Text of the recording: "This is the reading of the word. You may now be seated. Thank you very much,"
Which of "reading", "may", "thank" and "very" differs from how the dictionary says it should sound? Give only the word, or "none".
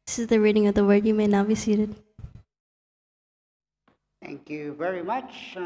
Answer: none